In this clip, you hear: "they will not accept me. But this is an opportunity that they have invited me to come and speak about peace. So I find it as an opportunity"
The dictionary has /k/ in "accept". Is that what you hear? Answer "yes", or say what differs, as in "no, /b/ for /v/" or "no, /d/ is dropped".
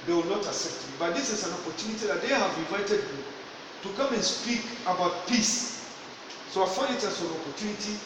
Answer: no, /k/ is dropped